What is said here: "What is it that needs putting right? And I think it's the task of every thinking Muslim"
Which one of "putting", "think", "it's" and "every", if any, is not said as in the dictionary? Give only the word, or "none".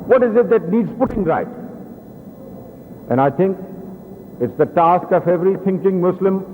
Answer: think